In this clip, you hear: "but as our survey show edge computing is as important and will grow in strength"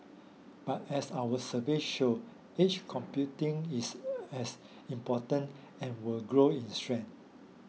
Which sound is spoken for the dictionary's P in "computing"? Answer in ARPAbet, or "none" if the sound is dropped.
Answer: P